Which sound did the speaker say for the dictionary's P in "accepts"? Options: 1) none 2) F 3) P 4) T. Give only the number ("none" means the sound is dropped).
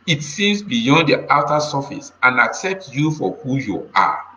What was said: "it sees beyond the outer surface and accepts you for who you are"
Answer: 3